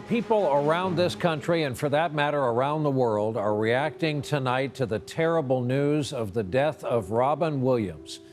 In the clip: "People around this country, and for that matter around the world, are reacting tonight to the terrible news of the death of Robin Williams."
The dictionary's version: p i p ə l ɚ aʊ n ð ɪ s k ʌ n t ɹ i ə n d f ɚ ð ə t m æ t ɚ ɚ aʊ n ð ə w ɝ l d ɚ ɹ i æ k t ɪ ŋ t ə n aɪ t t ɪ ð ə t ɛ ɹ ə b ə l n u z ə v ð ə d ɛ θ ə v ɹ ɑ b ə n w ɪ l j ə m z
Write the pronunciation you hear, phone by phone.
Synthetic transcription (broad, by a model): p i p l ɚ aʊ n ð ɪ s k ʌ n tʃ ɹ i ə n f ɚ ð ə t m æ t ɚ ɚ aʊ n ð ə w ɝ l d ɚ ɹ i æ k t ɪ ŋ t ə n aɪ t t ɪ ð ə t ɛ ɹ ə b l n u z ə v ð ə d ɛ θ ə v ɹ ɑ b ə n w ɪ l j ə m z